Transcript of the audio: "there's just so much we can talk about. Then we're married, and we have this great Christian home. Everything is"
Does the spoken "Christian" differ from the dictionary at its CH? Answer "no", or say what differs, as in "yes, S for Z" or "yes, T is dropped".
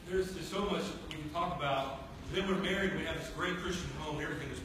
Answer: no